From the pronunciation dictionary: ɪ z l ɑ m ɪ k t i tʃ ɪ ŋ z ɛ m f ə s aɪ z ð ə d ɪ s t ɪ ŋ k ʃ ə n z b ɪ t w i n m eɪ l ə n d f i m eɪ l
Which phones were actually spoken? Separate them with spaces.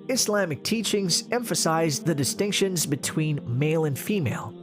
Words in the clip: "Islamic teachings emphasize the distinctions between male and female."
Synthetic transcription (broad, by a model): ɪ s l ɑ m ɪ k t i tʃ ɪ ŋ z ɛ m f ə s aɪ z ð ə d ɪ s t ɪ ŋ k ʃ ə n z b ɪ t w i n m eɪ l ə n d f i m eɪ l